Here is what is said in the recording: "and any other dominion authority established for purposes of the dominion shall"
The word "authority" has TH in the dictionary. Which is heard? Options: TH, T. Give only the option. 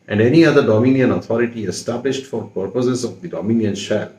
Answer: T